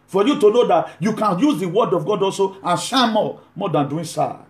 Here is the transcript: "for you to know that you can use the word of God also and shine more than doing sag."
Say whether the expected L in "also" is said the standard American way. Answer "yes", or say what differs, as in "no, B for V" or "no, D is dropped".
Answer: yes